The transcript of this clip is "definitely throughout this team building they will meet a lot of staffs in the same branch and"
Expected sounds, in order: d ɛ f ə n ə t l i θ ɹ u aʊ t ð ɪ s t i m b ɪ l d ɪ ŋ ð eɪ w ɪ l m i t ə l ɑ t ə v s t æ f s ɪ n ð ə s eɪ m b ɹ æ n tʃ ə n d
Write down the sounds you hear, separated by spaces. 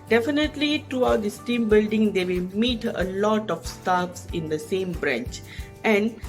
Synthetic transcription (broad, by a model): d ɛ f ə n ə t l i t ɹ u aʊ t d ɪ s t i m b ɪ l d ɪ ŋ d eɪ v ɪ l m i t ə l ɑ t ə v s t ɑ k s ɪ n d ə s eɪ m b ɹ æ n tʃ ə n d